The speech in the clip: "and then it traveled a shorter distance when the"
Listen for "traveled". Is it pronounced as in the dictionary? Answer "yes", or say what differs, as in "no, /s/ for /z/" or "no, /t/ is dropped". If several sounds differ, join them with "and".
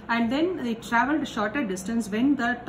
yes